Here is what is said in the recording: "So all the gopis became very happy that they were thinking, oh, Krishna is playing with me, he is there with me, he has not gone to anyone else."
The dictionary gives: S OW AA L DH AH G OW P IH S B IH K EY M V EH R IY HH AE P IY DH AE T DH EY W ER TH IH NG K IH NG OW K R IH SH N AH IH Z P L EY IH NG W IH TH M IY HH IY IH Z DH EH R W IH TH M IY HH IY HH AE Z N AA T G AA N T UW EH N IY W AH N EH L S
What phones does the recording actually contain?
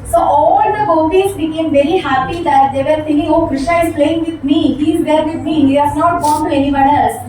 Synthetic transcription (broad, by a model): S OW AA L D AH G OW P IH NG B IH K EY M V EH R IY HH AE P IY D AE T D EY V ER F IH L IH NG OW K R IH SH AH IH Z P L EY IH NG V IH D M IY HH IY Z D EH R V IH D M IY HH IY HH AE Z N AA T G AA N T UW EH N IY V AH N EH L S